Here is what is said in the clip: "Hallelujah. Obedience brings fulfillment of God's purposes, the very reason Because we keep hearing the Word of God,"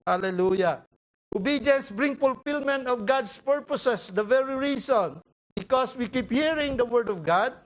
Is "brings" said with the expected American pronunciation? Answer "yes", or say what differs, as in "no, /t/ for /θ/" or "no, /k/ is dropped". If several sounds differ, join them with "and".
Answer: no, /z/ is dropped